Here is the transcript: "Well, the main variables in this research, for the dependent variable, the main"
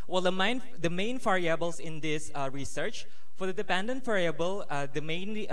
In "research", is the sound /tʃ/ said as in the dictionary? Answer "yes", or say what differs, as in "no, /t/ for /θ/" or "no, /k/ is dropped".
yes